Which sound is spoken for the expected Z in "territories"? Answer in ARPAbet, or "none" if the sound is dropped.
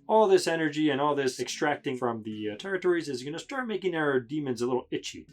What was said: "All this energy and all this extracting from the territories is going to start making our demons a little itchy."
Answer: Z